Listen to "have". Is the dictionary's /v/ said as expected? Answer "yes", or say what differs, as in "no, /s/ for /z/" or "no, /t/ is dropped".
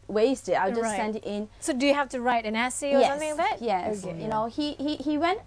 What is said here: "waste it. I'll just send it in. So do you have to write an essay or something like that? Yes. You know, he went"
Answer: no, /f/ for /v/